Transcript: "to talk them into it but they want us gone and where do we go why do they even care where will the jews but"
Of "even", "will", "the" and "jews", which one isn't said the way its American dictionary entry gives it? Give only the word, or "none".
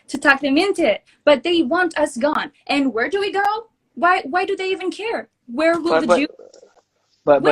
jews